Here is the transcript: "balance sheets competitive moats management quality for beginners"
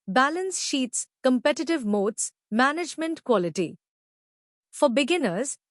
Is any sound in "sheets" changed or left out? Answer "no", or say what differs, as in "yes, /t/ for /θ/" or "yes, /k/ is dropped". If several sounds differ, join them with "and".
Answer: no